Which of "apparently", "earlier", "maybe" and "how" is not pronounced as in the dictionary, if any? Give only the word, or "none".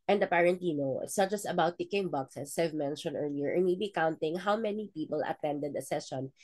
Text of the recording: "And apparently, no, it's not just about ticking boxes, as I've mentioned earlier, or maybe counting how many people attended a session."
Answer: apparently